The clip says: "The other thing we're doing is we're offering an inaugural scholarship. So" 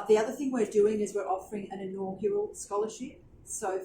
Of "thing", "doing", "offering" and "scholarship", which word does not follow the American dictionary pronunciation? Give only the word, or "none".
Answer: none